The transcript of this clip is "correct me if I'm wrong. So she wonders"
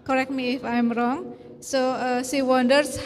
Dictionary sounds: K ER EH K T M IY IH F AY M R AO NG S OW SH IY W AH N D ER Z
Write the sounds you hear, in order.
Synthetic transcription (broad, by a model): K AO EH K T M IY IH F AY M R AO NG S OW S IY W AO N D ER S